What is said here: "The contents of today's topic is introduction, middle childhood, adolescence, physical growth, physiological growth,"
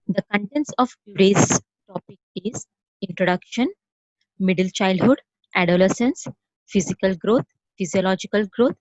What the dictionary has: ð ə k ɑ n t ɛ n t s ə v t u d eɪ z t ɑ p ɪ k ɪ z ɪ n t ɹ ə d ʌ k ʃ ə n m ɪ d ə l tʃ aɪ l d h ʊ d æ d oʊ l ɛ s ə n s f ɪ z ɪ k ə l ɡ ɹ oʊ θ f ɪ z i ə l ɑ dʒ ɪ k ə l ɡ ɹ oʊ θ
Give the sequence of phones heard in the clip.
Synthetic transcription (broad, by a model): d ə k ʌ n t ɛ n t s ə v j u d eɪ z t ɑ p ɪ k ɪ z ɪ n t ɹ ə d ʌ k ʃ ə n m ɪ d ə l tʃ aɪ l d h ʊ d æ d oʊ l ɛ s ə n s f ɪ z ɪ k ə l ɡ ɹ oʊ t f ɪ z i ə l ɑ dʒ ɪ k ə l ɡ ɹ oʊ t